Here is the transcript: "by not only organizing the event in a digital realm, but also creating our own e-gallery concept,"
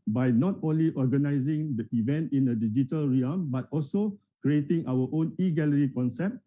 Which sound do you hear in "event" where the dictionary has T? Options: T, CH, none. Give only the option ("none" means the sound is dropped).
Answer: T